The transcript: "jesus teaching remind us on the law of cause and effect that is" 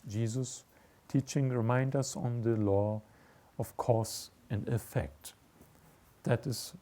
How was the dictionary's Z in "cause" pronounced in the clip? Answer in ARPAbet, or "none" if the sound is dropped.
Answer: S